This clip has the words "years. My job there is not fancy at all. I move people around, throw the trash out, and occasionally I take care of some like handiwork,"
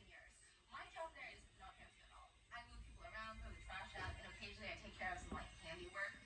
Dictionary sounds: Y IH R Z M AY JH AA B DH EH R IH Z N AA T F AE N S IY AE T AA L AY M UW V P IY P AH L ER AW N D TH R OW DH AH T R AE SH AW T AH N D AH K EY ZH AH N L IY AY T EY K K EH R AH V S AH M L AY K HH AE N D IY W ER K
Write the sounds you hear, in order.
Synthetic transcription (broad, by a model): Y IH R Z M AY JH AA DH EH R IH Z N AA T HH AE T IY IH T AA L AY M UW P IY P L ER AW N D F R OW DH AH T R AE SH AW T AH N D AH K EY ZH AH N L IY AY T EY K K EH R AH V S AH M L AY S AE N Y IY W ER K